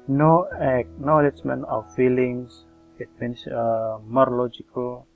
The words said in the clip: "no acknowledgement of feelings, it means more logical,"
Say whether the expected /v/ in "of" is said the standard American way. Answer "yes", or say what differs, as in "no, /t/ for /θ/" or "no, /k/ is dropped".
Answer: no, /w/ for /v/